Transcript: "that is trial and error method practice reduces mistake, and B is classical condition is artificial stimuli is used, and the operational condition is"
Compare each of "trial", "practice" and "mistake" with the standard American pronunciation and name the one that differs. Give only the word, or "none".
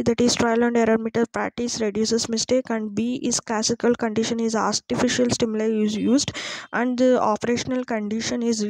practice